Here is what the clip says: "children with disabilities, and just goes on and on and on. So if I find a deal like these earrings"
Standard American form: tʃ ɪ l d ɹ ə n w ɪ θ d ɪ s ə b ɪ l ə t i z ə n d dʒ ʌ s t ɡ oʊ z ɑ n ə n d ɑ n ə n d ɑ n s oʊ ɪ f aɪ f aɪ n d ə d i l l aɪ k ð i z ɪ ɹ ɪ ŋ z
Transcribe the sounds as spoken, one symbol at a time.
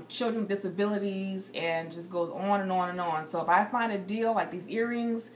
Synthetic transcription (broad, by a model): tʃ ɪ l d ɹ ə n d ɪ s ə b ɪ l ə t i z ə n dʒ ʌ s ɡ oʊ z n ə n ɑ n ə n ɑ n s oʊ ɪ f aɪ f aɪ n d ə d i l l aɪ k ð i z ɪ ɹ ɪ ŋ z